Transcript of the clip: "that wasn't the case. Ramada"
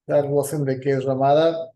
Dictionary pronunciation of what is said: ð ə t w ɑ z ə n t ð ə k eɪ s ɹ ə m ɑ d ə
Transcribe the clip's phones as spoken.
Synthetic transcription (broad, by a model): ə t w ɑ s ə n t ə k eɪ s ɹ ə m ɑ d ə